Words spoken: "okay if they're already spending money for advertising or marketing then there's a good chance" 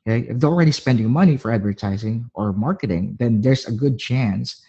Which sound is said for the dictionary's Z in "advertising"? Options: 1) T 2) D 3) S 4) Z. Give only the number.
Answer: 4